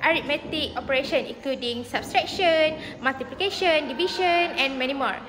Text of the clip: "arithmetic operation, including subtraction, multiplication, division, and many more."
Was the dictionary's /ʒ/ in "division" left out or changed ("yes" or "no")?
yes